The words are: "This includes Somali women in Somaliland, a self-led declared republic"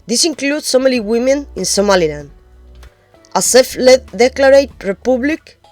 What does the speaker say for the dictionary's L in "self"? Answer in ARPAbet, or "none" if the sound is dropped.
none